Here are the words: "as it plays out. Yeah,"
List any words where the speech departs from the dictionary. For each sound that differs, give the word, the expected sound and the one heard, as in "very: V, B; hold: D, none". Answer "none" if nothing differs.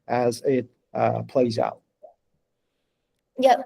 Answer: none